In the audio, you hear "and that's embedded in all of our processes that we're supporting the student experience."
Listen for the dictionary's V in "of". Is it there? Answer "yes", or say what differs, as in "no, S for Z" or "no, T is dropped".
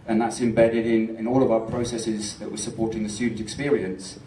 yes